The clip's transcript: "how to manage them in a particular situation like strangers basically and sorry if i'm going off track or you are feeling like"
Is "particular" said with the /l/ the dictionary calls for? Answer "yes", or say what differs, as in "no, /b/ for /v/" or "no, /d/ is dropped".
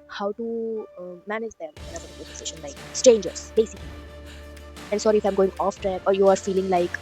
no, /l/ is dropped